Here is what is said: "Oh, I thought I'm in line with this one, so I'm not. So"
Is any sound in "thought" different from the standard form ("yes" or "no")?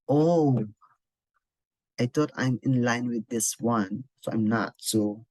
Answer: yes